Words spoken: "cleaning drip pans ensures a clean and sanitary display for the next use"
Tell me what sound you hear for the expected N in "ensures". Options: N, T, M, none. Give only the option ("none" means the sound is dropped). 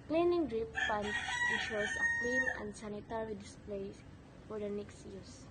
none